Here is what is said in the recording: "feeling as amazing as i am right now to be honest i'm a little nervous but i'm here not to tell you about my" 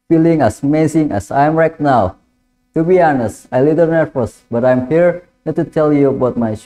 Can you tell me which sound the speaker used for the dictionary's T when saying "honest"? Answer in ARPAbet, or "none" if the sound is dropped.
T